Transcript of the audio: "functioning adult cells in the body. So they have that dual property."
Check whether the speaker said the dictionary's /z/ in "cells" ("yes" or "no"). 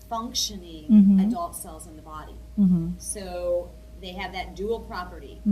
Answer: yes